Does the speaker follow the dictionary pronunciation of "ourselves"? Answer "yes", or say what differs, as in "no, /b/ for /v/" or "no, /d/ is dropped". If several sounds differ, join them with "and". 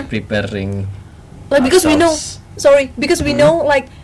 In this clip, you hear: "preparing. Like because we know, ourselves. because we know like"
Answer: no, /s/ is dropped